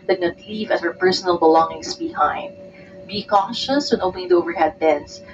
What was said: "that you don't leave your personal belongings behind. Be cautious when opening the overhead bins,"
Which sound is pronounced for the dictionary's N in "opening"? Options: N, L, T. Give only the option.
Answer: L